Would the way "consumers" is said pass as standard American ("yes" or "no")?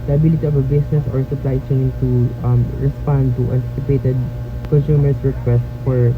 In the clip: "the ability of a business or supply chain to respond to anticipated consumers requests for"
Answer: no